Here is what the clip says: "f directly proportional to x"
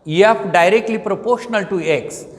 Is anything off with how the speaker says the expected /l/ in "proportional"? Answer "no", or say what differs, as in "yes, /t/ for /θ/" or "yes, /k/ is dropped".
no